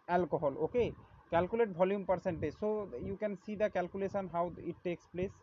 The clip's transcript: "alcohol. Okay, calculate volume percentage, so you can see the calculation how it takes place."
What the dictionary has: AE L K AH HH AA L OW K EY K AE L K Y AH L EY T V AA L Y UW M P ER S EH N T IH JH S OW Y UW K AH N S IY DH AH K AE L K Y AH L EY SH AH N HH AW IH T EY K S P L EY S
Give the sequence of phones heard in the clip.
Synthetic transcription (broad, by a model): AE L K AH HH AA L OW K EY K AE L K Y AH L EY T B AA L Y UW M P ER S EH N T IH JH S OW Y UW K AH N S IY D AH K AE L K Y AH L EY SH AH N HH AW IH T EY K S P L EY S